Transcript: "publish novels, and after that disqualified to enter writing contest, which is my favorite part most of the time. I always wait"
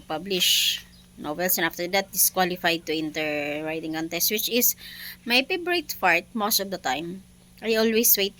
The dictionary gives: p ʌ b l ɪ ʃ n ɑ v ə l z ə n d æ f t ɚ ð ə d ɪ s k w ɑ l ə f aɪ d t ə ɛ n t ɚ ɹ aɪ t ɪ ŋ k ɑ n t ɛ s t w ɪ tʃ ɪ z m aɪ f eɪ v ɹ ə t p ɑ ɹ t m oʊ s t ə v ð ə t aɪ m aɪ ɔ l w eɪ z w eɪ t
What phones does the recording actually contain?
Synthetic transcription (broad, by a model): p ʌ b l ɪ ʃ n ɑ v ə l s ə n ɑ f t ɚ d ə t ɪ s k w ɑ l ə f aɪ d t ə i n t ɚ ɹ aɪ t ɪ ŋ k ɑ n t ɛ s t w ɪ tʃ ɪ s m aɪ p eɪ b ɹ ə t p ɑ ɹ t m oʊ s t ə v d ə t aɪ m aɪ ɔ l w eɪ s w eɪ t